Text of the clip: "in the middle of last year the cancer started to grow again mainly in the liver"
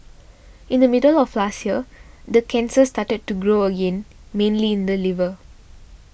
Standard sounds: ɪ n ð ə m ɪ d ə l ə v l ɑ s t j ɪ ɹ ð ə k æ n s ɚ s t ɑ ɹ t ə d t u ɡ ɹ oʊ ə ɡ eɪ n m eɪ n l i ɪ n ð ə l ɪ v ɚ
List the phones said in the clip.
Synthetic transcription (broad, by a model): ɪ n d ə m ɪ d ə l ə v l ɑ s t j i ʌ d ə k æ n s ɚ s t ɑ t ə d t u ɡ ɹ oʊ ə ɡ eɪ n m eɪ n l i ɪ n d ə l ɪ v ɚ